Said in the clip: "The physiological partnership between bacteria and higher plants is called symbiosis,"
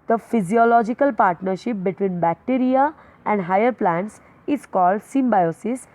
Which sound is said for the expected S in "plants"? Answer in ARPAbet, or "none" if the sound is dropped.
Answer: S